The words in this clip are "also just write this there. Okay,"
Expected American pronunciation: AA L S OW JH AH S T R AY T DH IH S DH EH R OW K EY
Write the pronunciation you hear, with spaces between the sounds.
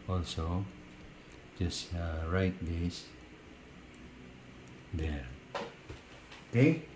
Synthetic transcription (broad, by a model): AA L S OW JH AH S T R AY T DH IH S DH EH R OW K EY